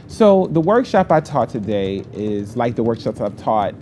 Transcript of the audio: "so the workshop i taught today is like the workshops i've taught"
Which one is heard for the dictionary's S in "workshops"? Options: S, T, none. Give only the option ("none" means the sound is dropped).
S